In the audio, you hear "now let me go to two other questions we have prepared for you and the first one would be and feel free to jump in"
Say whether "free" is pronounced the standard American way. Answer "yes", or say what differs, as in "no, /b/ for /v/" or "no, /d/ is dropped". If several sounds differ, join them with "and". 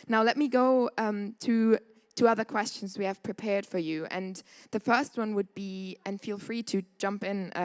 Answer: yes